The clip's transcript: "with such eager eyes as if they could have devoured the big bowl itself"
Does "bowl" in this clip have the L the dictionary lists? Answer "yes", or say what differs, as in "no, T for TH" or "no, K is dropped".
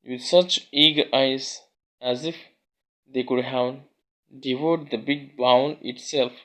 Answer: no, N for L